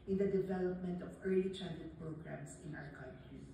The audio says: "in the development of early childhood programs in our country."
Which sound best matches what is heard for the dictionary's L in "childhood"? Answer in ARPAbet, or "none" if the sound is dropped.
N